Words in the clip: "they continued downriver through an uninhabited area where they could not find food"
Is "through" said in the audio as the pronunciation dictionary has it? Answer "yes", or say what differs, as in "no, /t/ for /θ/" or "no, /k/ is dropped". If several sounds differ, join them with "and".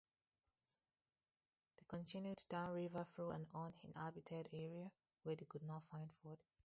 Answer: no, /f/ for /θ/